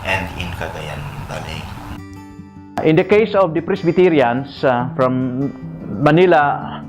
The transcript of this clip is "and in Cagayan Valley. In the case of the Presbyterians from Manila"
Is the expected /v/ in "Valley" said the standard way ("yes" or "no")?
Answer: no